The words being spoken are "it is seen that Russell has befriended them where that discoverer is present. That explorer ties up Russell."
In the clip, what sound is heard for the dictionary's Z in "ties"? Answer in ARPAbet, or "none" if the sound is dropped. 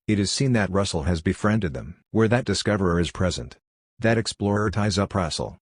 Z